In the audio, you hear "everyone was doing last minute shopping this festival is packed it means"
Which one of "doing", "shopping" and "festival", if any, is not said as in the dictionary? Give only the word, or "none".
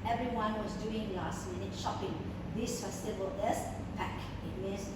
festival